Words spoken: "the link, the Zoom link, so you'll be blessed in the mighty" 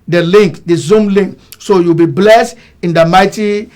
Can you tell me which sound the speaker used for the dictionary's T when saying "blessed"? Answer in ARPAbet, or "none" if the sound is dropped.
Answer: T